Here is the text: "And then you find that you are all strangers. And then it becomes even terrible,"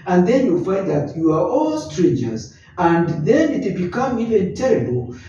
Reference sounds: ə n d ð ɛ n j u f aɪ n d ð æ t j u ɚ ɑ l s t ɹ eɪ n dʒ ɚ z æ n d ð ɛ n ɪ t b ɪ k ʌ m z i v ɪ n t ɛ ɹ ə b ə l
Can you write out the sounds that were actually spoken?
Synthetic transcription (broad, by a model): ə n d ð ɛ n j u f aɪ n d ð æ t j u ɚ ɑ l s t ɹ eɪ n dʒ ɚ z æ n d ð ɛ n ɪ t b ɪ k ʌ m i v ɪ n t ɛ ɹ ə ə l